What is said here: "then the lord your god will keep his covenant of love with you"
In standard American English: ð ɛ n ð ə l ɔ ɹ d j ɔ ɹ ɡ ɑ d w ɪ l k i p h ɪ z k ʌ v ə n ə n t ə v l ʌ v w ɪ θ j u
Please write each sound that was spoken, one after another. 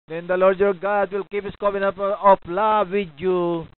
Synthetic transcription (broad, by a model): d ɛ n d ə l ɔ ɹ d j ɔ ɹ ɡ ɑ d w ɪ l k i p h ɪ s k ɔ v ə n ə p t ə p l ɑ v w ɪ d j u